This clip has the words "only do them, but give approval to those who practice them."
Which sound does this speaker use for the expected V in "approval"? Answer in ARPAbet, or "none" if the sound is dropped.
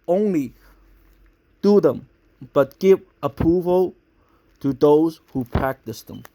V